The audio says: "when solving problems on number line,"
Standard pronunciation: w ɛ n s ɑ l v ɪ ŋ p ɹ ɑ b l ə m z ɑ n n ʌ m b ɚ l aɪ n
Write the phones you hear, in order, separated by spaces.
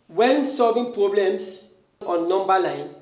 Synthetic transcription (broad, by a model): w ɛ n s ɑ l v ɪ ŋ p ɹ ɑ b l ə m s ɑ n n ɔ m b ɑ l aɪ n